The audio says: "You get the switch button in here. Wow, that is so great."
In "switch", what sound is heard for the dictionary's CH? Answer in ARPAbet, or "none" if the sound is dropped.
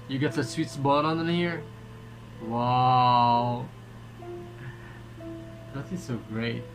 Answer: S